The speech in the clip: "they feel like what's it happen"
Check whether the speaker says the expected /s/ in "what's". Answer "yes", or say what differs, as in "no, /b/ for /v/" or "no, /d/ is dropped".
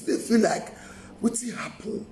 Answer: no, /s/ is dropped